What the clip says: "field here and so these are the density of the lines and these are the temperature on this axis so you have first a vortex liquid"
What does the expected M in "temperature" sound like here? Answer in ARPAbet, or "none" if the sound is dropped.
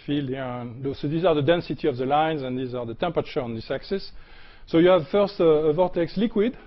M